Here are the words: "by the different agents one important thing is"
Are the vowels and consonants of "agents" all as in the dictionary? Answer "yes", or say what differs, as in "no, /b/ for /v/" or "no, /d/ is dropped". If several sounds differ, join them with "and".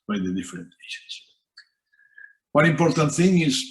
no, /ʃ/ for /dʒ/